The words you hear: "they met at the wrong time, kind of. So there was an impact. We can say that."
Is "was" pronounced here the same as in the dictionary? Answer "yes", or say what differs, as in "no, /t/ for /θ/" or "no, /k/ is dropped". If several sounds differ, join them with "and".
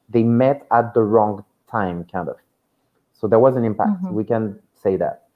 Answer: yes